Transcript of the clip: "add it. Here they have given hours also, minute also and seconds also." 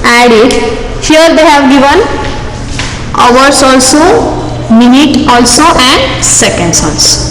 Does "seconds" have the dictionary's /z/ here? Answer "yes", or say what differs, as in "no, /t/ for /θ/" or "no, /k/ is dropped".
no, /s/ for /z/